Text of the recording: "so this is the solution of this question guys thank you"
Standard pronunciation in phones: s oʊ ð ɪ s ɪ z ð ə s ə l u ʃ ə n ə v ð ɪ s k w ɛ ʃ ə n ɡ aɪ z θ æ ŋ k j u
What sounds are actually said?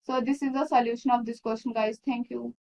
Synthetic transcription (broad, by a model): s oʊ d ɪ s ɪ z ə s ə l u ʃ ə n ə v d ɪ s k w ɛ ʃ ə n ɡ aɪ z t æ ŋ k j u